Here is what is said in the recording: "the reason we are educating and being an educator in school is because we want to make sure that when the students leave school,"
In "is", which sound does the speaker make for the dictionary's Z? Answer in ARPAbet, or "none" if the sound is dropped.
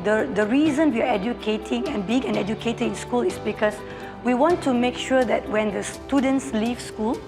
S